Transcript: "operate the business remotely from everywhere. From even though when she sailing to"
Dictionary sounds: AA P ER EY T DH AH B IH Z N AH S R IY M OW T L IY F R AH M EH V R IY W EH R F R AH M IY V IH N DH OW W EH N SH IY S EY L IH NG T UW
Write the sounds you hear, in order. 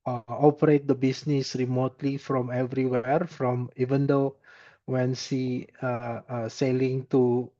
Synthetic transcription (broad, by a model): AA P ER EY T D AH B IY S N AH S R IY M OW T L IY F R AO M EH V R IY W EH R F R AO M IY V IH N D OW W EH N S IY S EY L IH NG T UW